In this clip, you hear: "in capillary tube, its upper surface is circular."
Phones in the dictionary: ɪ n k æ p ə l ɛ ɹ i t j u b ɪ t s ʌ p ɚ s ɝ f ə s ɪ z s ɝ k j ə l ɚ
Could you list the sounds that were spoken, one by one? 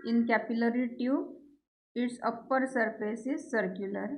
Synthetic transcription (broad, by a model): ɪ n k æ p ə l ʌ ɹ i t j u ɪ t s ʌ p ɚ s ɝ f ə s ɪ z s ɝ k j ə l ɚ